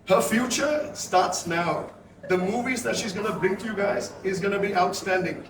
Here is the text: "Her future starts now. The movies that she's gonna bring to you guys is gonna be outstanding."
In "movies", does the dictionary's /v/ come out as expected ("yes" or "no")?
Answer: yes